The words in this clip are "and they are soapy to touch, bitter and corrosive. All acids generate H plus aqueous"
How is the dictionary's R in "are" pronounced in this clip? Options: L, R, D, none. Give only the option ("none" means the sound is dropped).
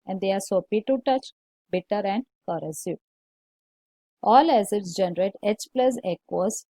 R